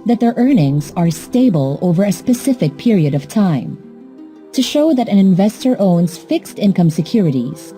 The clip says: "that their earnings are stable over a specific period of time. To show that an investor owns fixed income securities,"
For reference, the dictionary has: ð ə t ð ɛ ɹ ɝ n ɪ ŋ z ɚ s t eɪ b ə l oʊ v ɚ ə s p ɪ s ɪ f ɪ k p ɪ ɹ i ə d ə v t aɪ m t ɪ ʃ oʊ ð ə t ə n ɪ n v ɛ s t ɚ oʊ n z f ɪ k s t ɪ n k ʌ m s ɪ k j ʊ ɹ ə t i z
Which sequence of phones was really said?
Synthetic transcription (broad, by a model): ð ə t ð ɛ ɹ ɝ n ɪ ŋ z ɚ s t eɪ b ə l oʊ v ɚ ə s p ɪ s ɪ f ɪ k p ɪ ɹ i ə d ə v t aɪ m t ɪ ʃ oʊ ð ə t ə n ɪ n v ɛ s t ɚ oʊ n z f ɪ k s t ɪ n k ʌ m s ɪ k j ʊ ɹ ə t i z